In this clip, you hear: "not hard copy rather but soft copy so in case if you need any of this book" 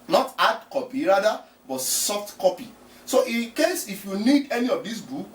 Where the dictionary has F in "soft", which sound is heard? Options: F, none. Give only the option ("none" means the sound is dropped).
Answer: F